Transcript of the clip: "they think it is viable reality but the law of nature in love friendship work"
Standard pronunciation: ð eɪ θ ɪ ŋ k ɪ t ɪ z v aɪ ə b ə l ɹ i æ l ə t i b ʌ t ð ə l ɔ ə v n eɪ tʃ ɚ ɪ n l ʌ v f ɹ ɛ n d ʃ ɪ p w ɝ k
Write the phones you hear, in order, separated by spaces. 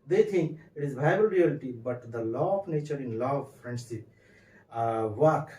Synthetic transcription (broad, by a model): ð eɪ t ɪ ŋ k ɪ t ɪ z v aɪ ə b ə l ɹ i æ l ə t i b ʌ t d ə l ɔ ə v n eɪ tʃ ɚ ɪ n l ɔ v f ɹ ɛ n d s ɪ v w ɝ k